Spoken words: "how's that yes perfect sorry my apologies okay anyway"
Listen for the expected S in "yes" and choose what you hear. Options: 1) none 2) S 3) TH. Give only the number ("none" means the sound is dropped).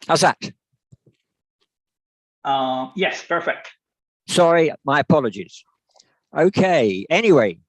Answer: 2